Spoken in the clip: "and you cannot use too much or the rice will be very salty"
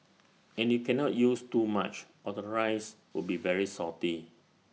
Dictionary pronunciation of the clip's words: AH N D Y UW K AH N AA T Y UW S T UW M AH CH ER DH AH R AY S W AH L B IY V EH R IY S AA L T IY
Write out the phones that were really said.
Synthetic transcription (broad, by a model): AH N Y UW K AH N AA T Y UW S T UW M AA CH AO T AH R AY S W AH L B IY V EH R IY S AA T IY